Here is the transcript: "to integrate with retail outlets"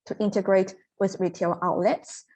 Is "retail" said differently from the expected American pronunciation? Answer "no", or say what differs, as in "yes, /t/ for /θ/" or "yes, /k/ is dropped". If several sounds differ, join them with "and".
no